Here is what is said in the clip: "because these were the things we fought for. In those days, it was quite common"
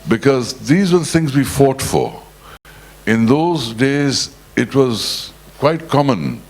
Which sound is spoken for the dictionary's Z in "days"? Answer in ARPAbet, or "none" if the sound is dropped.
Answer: Z